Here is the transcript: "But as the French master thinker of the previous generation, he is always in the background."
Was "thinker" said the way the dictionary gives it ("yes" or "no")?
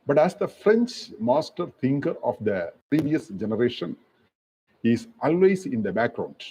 no